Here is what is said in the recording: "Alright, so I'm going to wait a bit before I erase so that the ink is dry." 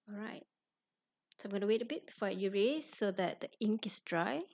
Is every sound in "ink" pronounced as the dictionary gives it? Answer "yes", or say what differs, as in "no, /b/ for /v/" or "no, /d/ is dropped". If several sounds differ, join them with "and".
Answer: yes